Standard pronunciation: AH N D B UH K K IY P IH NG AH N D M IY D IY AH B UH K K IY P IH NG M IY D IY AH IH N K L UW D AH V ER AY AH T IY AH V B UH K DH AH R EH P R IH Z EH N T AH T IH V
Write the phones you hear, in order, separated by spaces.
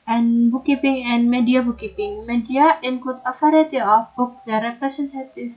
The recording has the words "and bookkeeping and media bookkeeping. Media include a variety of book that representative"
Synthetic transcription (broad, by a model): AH N B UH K K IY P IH NG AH N M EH D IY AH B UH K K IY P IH NG M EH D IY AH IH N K UW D AH F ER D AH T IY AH F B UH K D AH R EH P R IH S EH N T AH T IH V